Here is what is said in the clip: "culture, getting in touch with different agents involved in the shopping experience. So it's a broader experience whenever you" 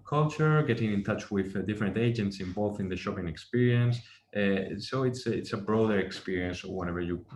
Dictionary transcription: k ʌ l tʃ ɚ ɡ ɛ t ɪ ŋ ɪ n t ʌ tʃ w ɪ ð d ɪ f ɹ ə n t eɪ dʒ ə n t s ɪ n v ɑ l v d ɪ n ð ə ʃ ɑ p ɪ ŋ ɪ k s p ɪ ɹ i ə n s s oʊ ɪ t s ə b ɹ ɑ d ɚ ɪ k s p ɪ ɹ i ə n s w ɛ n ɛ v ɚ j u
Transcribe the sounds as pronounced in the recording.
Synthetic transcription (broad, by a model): k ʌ l tʃ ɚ ɡ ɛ t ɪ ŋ ɪ n t ʌ tʃ w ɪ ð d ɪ f ɹ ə n t eɪ dʒ ə n t s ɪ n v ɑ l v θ ɪ n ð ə ʃ ɑ p ɪ ŋ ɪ k s p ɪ ɹ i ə n s s oʊ ɪ t s ə b ɹ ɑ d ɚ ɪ k s p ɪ ɹ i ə n s w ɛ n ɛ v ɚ j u